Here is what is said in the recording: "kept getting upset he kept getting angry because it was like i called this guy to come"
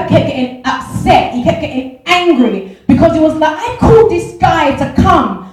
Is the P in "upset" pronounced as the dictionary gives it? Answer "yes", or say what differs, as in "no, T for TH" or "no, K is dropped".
yes